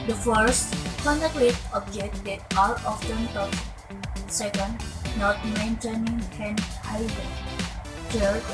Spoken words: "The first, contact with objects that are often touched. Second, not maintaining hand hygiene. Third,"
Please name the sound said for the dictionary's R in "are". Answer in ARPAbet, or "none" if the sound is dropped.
L